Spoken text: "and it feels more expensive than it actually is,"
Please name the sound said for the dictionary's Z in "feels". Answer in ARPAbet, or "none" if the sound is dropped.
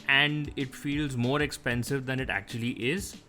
Z